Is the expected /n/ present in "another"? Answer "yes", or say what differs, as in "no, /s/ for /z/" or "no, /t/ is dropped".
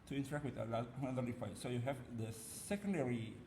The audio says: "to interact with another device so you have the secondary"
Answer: no, /l/ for /n/